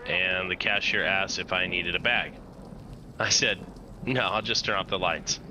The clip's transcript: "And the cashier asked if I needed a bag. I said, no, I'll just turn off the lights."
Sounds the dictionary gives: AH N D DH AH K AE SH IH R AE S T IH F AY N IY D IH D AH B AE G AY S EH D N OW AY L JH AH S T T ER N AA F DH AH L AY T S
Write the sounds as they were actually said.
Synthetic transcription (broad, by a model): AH N DH AH K AE SH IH R AE S T IH F AY N IY D IH D AH B AE G AY S EH D N OW AY L JH AH S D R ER AA P DH AH L AY T S